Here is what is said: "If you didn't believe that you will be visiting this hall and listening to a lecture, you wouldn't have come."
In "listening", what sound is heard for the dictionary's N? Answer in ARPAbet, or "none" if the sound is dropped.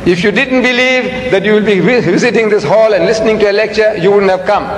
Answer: N